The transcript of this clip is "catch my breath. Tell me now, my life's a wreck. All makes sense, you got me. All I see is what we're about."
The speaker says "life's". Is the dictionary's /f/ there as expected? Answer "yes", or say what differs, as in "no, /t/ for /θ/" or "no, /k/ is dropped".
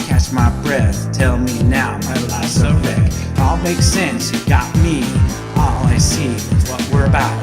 no, /f/ is dropped